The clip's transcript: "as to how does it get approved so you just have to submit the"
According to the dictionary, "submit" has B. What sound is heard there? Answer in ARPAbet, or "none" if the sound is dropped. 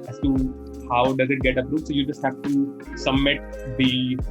none